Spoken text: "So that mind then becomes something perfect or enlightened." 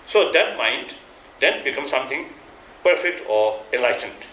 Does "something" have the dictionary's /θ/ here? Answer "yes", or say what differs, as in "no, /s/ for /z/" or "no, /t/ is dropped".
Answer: no, /t/ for /θ/